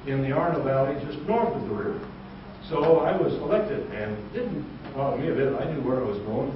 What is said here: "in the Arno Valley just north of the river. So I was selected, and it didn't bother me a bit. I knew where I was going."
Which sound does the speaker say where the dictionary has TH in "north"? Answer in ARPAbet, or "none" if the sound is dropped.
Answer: TH